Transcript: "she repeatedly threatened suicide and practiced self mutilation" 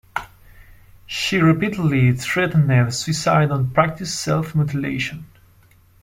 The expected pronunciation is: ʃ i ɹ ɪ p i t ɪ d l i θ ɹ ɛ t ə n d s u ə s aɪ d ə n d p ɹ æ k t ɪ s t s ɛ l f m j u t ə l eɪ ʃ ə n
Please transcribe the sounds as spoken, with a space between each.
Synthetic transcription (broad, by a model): ʃ i ɹ ɪ p i t ɪ d l i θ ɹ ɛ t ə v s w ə s aɪ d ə n p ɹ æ k t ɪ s s ɛ l f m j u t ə l eɪ ʃ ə n